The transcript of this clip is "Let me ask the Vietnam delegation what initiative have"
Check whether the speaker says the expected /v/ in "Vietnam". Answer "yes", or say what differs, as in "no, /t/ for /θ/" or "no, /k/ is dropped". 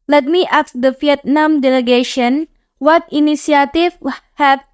no, /f/ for /v/